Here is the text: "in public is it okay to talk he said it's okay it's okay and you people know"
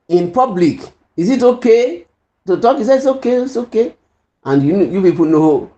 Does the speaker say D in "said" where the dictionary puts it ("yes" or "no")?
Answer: no